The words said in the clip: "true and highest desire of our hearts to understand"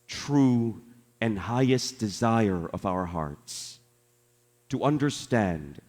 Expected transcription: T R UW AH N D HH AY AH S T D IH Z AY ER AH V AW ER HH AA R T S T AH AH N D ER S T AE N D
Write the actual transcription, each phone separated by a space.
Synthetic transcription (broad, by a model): T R UW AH N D HH AY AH S D IH Z AY ER AH V AW ER HH AA R T S T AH AH N D ER S T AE N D